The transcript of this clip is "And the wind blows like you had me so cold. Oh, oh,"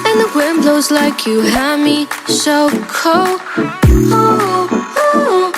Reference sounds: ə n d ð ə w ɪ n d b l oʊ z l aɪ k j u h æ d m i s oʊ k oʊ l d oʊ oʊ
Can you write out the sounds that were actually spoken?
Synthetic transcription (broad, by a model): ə n ð ə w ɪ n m b l oʊ z l aɪ k j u h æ m i ʃ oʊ k oʊ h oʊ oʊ